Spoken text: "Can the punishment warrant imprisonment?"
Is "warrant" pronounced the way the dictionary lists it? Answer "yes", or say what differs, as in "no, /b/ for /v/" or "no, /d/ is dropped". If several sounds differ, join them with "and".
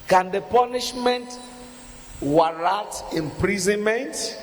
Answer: no, /n/ is dropped